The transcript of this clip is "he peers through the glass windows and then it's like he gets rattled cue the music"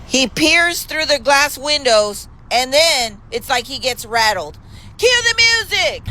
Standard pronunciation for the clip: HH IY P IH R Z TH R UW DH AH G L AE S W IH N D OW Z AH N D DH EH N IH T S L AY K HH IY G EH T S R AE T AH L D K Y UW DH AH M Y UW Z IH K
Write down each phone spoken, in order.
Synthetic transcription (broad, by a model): HH IY P IH R Z TH R UW DH AH G L AE S W IH N D OW Z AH N DH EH N IH T S L AY K HH IY G EH T S R AE T L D K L DH AH M Y UW Z IH K